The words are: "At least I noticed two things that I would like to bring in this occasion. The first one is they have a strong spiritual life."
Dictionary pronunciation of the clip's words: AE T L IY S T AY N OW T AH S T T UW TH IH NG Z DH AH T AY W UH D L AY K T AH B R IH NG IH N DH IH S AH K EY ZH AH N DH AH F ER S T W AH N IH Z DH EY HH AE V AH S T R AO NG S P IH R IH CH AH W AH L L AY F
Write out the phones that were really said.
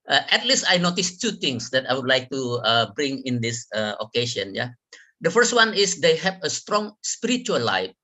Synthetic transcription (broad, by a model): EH T L IY S T AY N OW T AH S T T UW T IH NG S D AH T AY W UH D L AY K T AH B R IH NG IH N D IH S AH K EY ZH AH N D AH F ER S T W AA N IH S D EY HH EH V AH S T R AO NG S P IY R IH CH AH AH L L AY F